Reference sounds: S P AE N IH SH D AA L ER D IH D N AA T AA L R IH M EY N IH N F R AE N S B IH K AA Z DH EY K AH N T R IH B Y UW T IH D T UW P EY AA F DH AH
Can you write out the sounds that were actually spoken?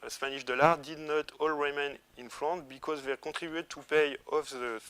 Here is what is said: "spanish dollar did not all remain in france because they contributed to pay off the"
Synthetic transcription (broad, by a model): S P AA N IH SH D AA L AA D IH D N AA T AA L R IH M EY N IH N F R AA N B IH K AA Z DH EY K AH T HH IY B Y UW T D T UW P EY AA F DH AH